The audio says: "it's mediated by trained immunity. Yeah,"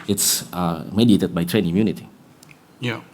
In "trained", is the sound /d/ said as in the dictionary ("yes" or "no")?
no